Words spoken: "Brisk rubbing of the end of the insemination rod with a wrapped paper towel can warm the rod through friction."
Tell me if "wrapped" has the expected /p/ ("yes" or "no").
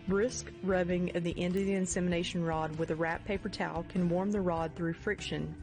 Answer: no